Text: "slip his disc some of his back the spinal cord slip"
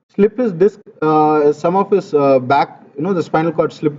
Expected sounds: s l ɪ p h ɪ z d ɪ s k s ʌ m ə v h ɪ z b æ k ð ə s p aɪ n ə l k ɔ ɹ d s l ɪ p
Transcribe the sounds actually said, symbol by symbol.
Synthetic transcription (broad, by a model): s l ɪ p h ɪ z d ɪ s k s ʌ m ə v h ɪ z b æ k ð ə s f aɪ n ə l k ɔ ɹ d s l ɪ p